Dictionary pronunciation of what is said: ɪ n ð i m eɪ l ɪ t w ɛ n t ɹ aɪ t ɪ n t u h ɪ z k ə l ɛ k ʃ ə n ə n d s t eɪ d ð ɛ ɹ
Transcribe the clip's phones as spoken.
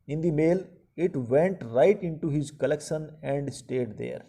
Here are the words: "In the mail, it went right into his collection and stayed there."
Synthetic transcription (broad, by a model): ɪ n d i m eɪ l ɪ t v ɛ n t ɹ aɪ t ɪ n t u h ɪ z k ə l ɛ k ʃ ə n ə n d s t eɪ d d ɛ ɹ